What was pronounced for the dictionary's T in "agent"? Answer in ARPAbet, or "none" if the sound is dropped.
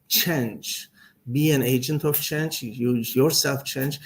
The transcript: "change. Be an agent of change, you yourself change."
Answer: T